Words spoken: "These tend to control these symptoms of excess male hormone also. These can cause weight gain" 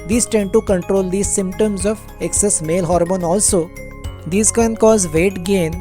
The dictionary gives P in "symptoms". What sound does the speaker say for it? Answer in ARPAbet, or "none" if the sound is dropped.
P